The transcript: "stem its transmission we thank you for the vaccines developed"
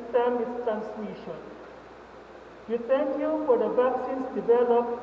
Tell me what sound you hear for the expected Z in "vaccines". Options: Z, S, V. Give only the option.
S